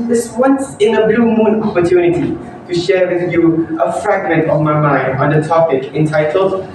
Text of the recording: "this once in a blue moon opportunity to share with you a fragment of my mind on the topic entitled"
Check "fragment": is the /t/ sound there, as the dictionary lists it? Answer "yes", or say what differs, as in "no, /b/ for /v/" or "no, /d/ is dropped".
yes